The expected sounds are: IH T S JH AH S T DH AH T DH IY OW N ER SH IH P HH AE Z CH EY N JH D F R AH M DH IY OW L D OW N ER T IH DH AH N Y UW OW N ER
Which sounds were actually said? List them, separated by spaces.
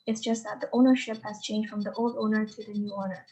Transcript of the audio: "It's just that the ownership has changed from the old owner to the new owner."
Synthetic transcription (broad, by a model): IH T S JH AH S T DH AH T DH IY OW N ER SH IH P HH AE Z CH EY N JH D F R AH M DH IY OW L D OW N ER T IH DH AH N Y UW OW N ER